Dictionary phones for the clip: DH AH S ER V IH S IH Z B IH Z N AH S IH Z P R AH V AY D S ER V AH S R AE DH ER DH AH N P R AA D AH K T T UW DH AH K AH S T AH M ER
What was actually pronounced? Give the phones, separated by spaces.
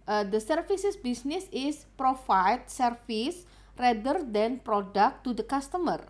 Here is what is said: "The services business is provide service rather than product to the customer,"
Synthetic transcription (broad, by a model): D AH S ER F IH S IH S B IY S N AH S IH S P R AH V AY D S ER F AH S R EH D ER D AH N P R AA D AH K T T UW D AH K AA S T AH M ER